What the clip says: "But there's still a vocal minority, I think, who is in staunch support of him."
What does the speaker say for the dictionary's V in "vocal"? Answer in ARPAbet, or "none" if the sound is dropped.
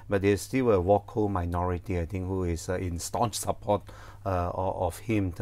W